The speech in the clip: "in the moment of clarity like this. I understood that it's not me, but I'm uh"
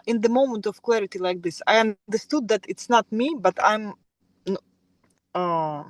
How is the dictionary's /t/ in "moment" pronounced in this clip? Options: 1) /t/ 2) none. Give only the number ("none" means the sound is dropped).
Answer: 1